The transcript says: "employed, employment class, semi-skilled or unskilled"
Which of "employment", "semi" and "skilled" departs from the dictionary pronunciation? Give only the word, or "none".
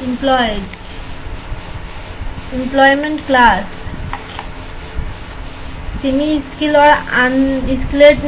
skilled